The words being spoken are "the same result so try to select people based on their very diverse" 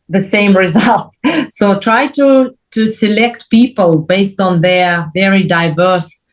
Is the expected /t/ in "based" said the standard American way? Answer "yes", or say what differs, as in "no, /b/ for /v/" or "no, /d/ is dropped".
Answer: yes